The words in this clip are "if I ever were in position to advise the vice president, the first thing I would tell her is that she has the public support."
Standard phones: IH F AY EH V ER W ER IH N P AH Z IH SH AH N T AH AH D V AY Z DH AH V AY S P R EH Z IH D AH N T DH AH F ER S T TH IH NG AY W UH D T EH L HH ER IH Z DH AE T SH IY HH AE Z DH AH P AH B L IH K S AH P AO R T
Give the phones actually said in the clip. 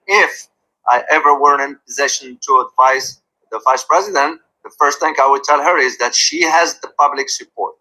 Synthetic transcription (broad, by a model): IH F AY EH V ER W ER IH N P AH Z IH SH AH N T AH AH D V AY S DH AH V AY S P R EH Z IH D AH N T DH AH F ER S T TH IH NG AY W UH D T EH L HH ER IH Z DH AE T SH IY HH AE Z DH AH P AH B L IH K S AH P AO R T